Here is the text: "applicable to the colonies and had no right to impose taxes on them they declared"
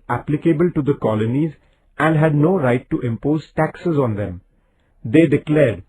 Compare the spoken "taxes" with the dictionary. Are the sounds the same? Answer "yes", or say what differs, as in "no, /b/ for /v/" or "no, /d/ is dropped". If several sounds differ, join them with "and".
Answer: yes